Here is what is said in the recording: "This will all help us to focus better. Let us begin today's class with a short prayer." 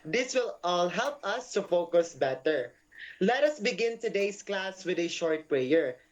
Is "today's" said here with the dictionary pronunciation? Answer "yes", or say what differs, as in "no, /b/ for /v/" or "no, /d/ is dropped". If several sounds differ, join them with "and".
no, /s/ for /z/